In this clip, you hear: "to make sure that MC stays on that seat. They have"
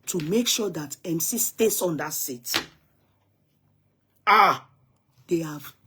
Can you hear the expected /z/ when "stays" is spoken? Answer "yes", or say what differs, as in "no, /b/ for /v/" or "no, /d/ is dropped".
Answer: no, /s/ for /z/